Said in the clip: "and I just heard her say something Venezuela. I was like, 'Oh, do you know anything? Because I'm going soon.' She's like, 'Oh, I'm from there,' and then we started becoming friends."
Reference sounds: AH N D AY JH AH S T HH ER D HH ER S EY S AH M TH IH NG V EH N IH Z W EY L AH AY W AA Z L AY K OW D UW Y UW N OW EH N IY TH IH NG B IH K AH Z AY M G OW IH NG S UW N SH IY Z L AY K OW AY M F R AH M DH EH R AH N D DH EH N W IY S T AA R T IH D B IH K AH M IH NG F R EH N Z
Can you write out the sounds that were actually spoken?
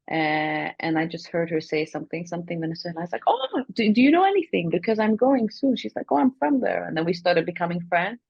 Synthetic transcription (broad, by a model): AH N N AY JH AH S T HH ER D HH ER S EY S AH M TH IH NG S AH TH IH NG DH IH N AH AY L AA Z L AY K OW D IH Y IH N OW EH N IY TH IH NG B IH K AH Z AY M G OW IH NG S UW N SH IY Z L AY K OW AY M F R AH M DH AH R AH N DH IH N W IY S T AA R T IH D B IH K AH M IH NG F R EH N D